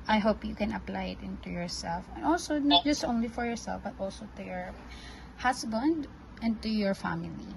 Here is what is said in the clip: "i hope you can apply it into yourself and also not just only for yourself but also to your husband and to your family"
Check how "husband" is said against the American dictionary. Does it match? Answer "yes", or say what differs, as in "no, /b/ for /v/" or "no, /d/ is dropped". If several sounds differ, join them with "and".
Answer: no, /s/ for /z/